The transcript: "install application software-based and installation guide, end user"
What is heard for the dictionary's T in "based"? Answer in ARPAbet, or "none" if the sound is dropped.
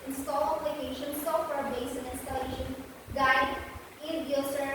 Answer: none